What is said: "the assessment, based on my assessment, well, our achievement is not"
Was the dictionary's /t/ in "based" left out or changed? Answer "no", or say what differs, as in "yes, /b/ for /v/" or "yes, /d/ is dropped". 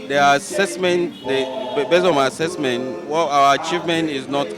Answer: yes, /t/ is dropped